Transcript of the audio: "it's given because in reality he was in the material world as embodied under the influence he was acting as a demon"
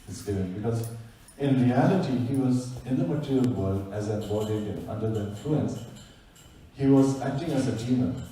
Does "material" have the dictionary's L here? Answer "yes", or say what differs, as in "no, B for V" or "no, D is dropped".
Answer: yes